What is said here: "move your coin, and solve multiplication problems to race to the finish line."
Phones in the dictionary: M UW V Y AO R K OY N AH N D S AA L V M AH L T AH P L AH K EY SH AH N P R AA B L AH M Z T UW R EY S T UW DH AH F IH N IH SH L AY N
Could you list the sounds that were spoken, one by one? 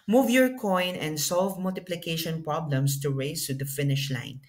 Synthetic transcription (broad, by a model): M UW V Y AO R K OY N AH N D S AA L V M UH L T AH P L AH K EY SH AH N P R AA B L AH M S T UW R EY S T UW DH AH F IH N IH SH L AY N